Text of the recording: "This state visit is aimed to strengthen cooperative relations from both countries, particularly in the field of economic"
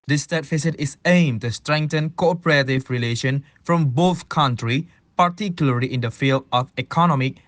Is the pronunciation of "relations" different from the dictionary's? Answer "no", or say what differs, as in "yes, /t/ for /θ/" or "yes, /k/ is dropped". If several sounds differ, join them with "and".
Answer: yes, /z/ is dropped